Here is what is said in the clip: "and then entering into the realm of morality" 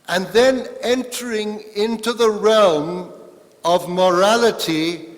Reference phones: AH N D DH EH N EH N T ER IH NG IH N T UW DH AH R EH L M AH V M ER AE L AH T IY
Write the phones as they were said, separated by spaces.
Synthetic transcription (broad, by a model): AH N DH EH N EH N T ER IH NG IH N T UW DH AH R EH L M AH V M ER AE L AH T IY